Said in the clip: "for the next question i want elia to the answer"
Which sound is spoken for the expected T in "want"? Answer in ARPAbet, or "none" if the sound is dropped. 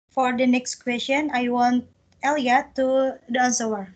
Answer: T